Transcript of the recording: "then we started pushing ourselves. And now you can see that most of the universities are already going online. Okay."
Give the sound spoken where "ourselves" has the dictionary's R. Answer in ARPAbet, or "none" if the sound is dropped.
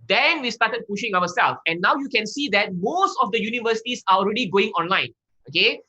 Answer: W